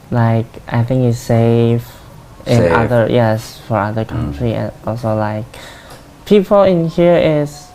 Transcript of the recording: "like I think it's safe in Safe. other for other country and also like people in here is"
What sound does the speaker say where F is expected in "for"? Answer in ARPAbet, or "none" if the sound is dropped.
F